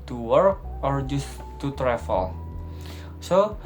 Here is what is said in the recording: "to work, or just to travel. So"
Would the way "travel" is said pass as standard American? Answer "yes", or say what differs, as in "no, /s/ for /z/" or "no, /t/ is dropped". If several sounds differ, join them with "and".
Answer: no, /f/ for /v/